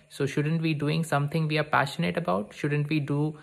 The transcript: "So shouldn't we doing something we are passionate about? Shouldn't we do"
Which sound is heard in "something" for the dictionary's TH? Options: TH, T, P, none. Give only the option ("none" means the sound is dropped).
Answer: T